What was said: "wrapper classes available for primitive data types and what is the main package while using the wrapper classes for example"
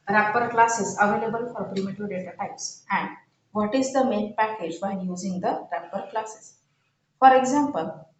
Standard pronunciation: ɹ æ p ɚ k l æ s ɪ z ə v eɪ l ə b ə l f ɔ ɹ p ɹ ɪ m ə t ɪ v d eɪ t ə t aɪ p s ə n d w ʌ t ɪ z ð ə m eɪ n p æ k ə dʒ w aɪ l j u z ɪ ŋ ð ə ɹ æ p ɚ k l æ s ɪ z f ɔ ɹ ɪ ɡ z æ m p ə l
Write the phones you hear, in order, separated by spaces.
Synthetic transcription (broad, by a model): ɹ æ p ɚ k l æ s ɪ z ə v eɪ l ə b ə l f ɔ ɹ p ɹ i m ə t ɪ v d eɪ t ə t aɪ p s ə n d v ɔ t ɪ z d ə m eɪ n p æ k ə dʒ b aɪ n j u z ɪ ŋ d ə ɹ æ p ɚ k l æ s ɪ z f ɔ ɹ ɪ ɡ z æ m p ə l